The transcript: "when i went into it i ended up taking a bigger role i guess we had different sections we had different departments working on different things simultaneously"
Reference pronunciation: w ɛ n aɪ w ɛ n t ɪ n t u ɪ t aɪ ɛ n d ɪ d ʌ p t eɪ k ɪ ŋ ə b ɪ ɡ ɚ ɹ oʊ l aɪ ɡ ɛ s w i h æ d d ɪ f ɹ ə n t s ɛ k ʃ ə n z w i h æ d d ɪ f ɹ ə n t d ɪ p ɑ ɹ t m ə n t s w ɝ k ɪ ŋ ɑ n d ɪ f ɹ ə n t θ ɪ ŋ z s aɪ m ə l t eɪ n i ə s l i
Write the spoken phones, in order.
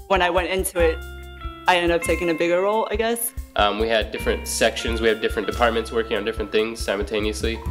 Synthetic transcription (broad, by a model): w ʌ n aɪ w ɛ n t ɪ n t u ɪ t aɪ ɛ n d d ʌ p t eɪ k ɪ ŋ ə b ɪ ɡ ɚ ɹ oʊ l aɪ ɡ ɛ s w i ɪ d d ɪ f ɹ ə n t s ɛ k ʃ ə n z w i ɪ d d ɪ f ɹ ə n d ɪ p ɑ ɹ t m ə n t s w ɝ k ɪ ŋ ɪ n d ɪ f ɹ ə n θ ɪ ŋ z s aɪ m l t eɪ n i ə s l i